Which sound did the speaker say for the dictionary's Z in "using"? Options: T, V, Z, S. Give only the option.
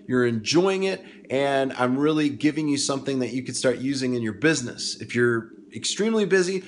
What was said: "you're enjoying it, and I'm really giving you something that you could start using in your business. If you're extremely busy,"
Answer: Z